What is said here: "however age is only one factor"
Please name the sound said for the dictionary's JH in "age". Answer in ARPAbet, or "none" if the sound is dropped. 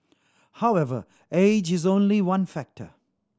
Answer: JH